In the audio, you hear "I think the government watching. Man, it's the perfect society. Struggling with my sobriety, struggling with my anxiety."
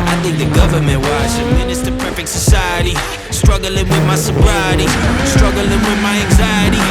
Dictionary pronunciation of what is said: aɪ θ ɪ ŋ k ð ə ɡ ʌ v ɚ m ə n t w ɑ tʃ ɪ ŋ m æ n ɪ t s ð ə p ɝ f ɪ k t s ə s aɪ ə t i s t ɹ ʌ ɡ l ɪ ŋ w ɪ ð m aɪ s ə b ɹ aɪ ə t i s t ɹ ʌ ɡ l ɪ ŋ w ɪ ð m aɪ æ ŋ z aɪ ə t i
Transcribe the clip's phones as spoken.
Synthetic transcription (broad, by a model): aɪ θ ɪ ŋ k ð ə ɡ ʌ v ɚ m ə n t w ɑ ʃ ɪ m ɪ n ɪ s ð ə p ɝ f ɪ k t s ə s aɪ ə t i s t ɹ ʌ ɡ l ɪ ŋ w ɪ ð m aɪ s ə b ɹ aɪ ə t i s t ɹ ʌ ɡ l ɪ ŋ w ɪ ð m aɪ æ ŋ z aɪ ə t i